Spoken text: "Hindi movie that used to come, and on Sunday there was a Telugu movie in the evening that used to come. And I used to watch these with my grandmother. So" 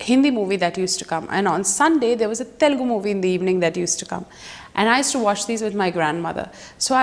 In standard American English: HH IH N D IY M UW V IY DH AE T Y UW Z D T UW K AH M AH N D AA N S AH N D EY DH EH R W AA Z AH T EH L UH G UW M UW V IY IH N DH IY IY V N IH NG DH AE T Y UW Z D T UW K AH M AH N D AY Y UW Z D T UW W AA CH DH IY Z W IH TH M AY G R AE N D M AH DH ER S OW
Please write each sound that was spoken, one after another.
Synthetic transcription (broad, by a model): HH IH N D IY M UW V IY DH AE T Y UW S T UW K AH M AH N D AA N S AH N D EY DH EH R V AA Z AH T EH L G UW M UW V IY IH N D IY IY V N IH NG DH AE T Y UW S T UW K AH M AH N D AY Y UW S T UW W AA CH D IY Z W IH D M AY G R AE N D M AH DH ER S OW